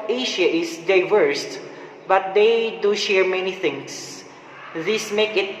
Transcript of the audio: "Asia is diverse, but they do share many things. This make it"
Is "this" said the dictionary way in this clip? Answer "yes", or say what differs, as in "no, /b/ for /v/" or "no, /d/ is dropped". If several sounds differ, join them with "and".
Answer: yes